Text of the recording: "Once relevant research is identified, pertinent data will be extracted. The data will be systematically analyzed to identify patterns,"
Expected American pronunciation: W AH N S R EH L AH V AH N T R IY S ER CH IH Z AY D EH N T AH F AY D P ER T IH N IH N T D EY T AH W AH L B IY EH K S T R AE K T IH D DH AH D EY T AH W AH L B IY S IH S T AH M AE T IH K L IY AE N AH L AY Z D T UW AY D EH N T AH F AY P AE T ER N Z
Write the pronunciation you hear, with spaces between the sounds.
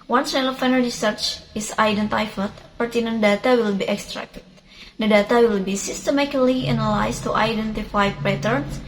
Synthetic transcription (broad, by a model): W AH N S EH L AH F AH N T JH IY S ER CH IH S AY D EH N T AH F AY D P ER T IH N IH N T D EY T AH W AH L B IY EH K S T R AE K T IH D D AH D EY T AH W AH L B IY S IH S T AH M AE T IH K L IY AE N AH L AY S T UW AY D EH N T AH F AY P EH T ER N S